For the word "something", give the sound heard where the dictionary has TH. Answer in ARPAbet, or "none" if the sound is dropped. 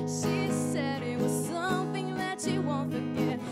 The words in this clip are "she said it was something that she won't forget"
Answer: TH